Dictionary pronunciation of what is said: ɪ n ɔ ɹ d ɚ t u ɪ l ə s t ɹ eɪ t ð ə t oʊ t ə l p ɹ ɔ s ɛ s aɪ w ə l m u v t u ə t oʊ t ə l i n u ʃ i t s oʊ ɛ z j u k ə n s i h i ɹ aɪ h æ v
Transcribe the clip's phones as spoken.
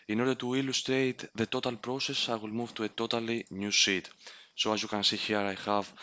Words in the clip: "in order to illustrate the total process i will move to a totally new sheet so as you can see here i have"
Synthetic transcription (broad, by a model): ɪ n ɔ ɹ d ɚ t u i l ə s t ɹ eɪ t ð ə t oʊ t ə l p ɹ ɔ s ɛ s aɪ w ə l m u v t u ə t oʊ t ə l i n u s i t s oʊ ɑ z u k ə n s i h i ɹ aɪ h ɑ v